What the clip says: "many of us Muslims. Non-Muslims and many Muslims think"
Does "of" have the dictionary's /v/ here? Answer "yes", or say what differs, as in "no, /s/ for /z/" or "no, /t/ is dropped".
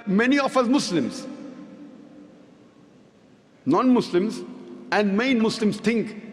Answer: no, /f/ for /v/